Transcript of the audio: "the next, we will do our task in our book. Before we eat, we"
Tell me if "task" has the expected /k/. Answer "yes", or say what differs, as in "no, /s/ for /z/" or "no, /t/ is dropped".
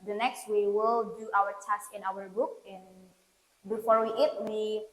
no, /k/ is dropped